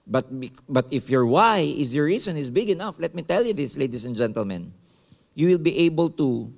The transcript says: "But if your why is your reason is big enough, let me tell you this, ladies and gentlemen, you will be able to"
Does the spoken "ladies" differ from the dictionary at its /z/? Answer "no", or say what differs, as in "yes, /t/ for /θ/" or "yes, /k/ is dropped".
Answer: yes, /s/ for /z/